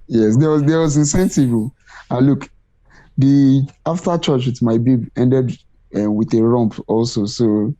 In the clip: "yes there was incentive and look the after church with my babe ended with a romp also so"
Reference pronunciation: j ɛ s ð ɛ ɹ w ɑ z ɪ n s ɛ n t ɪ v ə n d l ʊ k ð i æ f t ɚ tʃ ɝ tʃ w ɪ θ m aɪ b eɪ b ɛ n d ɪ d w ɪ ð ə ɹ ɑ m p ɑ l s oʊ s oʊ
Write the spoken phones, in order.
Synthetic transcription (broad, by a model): j ɛ s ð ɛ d w ɑ z ɪ n s ɛ n t ɪ v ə l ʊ k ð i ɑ f t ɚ tʃ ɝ tʃ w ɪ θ m aɪ b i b ɛ n d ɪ d w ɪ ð ə ɹ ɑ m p ɑ l s oʊ s oʊ